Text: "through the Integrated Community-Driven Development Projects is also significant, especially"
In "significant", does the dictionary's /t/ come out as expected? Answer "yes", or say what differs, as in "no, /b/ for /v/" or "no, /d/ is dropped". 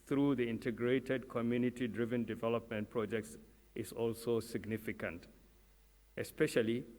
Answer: yes